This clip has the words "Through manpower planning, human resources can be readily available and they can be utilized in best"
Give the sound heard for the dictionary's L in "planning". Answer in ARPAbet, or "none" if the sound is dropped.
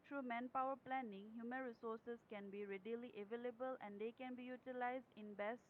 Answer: L